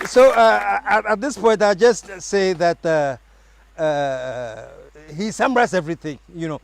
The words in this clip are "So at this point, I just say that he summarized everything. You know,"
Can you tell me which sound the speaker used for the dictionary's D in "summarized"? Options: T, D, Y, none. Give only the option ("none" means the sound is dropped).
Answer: none